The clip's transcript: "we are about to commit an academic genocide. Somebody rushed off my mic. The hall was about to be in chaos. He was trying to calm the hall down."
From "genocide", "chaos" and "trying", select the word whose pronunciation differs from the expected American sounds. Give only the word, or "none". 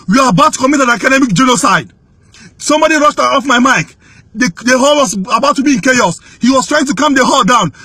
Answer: none